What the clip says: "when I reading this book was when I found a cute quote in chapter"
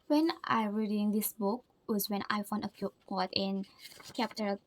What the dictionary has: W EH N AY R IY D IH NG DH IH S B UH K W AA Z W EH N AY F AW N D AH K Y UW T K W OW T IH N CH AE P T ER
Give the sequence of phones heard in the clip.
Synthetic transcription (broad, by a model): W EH N AY R IY D IH NG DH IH S B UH K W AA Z W EH N AY F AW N AH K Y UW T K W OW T IH N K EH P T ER